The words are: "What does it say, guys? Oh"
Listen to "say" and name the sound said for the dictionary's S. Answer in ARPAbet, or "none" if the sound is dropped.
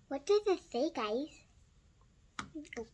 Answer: TH